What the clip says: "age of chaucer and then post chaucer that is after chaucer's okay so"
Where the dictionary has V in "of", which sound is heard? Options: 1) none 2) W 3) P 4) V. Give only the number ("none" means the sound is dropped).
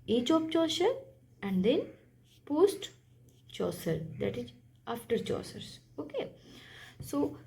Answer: 3